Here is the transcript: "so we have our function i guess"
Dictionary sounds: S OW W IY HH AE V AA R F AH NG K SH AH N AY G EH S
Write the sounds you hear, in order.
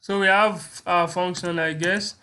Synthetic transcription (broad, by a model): S OW W IY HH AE V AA F AH NG K SH AH N AY G EH S